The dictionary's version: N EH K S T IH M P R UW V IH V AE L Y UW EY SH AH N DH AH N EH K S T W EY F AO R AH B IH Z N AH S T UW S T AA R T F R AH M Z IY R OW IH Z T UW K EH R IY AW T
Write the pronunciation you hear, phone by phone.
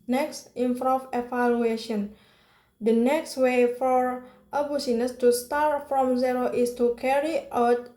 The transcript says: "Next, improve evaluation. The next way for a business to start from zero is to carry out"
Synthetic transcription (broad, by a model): N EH K S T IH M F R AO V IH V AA L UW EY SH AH N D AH N EH K S T W EY F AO R AH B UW S N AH S T UW S T AA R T F R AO M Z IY R OW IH S T UW K EH R IY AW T